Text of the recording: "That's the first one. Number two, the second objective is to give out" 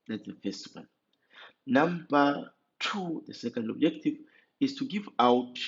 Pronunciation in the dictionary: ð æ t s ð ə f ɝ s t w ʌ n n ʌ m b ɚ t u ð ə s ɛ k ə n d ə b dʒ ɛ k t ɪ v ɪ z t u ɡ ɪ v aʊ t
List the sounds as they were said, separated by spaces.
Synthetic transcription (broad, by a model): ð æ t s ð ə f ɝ s t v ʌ l n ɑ m b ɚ t u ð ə s ɛ k ə n d ə b dʒ ɛ k t ɪ v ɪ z t u ɡ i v aʊ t